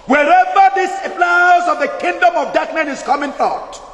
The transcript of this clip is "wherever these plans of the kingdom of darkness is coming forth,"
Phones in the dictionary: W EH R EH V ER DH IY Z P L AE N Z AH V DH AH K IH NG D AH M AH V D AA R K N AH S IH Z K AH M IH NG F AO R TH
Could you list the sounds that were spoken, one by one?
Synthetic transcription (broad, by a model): W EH R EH V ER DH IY S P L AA Z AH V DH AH K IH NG D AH M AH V D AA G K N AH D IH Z K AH M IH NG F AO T